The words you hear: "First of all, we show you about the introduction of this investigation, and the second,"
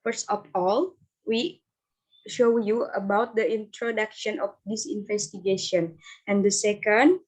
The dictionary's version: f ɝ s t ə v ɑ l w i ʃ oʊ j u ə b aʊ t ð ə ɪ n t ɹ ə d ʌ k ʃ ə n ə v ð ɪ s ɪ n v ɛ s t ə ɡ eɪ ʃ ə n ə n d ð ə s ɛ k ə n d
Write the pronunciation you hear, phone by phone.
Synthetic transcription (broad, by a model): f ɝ s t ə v ɑ l w i ʃ oʊ j u ə b aʊ t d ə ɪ n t ɹ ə d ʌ k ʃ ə n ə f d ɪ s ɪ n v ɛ s t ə ɡ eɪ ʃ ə n ə n d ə s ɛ k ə n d